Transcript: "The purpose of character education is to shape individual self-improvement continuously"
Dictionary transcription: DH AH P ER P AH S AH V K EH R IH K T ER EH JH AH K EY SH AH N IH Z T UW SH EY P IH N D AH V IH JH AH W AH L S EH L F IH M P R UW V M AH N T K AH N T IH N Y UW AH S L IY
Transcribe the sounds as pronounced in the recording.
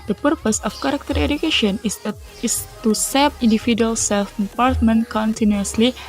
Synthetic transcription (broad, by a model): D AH P ER P AH S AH F K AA R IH K T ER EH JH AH K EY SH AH N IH S T UW S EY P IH N D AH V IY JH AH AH L S EH L F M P R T M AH N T K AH N T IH N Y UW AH S L IY